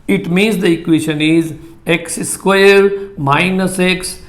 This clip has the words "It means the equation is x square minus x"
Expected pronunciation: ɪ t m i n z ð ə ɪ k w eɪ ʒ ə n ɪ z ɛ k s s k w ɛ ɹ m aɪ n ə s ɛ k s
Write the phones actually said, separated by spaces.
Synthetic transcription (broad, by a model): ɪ t m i n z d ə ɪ k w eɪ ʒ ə n ɪ z ɛ k s s k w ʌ ɹ m aɪ n ə s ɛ k s